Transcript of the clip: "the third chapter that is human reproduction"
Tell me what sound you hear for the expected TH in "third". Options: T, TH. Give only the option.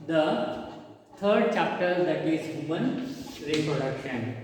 T